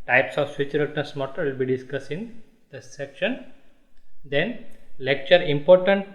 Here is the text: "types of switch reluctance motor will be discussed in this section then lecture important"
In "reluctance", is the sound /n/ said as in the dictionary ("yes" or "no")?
no